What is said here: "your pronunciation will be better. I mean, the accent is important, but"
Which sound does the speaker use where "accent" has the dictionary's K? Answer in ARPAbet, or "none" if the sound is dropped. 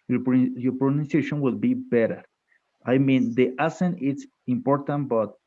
none